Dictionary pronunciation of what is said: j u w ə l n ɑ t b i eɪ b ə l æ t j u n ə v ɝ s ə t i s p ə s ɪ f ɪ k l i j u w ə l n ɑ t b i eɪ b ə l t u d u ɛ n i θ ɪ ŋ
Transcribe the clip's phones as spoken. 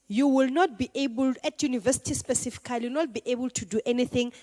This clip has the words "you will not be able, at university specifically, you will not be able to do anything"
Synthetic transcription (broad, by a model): j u w ə l n ɑ t b i eɪ b ə l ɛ t j u n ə v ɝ s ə t i s p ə s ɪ f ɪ k i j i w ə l n ɑ t b i eɪ b ə l t u d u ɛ n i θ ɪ ŋ